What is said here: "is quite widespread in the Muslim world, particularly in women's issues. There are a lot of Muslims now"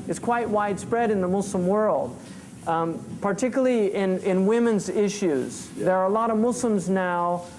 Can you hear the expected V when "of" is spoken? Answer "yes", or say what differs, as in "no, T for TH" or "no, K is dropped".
yes